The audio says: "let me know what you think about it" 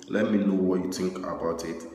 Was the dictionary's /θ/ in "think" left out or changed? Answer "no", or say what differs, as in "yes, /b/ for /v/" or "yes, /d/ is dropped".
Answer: yes, /t/ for /θ/